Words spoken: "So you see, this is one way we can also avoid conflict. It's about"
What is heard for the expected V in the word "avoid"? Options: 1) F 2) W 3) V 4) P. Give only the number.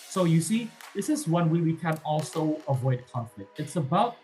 3